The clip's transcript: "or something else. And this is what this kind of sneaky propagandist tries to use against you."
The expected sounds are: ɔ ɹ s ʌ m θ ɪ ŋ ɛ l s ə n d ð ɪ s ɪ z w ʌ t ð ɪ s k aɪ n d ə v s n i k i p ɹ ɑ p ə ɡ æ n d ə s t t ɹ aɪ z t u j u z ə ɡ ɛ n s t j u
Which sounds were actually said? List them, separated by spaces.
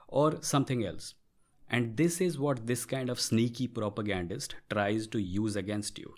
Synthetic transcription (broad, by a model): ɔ ɹ s ʌ m t ɪ ŋ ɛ l s ə n d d ɪ s ɪ z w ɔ t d ɪ s k aɪ n d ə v s n i k i p ɹ ɑ p ə ɡ æ n d ə s t t ɹ aɪ z t u j u z ə ɡ ɛ n s t j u